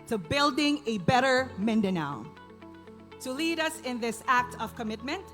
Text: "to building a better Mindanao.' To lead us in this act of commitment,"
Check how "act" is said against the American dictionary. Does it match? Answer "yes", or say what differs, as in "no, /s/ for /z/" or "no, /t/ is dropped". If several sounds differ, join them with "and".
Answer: yes